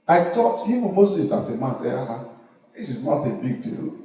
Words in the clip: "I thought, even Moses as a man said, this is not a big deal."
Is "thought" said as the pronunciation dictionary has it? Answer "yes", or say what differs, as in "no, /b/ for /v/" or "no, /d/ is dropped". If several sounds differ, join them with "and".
no, /t/ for /θ/